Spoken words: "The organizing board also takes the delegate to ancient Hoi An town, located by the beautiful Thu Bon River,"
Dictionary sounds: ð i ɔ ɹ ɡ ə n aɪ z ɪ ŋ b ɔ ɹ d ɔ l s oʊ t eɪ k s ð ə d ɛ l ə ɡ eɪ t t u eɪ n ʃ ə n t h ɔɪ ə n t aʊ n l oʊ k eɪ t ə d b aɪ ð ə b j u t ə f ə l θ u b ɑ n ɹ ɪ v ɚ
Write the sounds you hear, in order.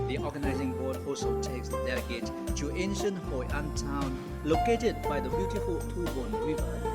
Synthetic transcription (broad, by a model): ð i ɔ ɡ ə n aɪ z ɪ ŋ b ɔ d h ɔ s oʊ t eɪ k s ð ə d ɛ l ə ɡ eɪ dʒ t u eɪ n ʃ ə n t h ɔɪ ə n t aʊ n l oʊ k eɪ t ə d b aɪ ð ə b j u t ə f ə l t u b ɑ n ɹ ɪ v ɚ